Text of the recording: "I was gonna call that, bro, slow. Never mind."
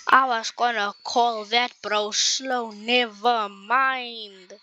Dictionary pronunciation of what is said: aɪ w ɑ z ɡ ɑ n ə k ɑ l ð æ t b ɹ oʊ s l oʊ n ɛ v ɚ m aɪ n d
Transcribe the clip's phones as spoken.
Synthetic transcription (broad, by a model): aɪ w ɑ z ɡ ɑ n ə k ɑ l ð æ t b ɹ oʊ s l oʊ n ɛ v ɚ m aɪ n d